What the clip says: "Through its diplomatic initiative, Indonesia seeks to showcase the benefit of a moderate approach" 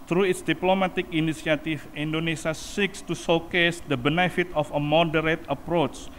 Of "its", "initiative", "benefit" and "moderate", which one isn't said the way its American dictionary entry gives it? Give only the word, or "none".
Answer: initiative